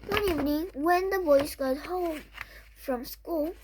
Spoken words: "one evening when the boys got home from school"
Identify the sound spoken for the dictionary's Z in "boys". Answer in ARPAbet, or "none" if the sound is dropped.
S